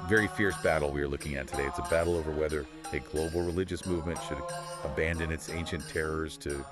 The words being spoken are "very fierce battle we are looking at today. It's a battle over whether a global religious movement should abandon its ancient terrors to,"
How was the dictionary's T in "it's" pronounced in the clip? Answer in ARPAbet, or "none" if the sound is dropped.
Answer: T